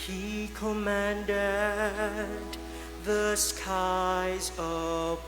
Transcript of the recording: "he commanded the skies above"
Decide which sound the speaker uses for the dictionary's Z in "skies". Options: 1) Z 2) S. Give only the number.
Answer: 1